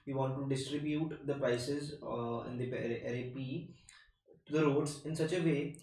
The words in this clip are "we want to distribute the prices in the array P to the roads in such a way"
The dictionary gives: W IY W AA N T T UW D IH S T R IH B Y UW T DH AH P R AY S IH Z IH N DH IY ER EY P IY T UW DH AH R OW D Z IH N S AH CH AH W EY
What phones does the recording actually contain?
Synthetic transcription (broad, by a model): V IY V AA N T T UW D IH S T R IH B Y UW T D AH P R AY S IH Z IH N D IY ER EY P IY T UW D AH R OW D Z IH N S AH CH AH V EY